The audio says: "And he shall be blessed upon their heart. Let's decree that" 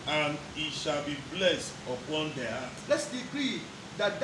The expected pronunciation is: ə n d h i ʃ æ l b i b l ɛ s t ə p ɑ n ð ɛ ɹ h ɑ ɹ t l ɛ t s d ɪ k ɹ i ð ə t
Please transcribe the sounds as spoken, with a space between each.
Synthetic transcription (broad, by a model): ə n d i ʃ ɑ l b i b l ɛ s t ə p ɑ n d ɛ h ɑ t l ɛ t s d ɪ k ɹ i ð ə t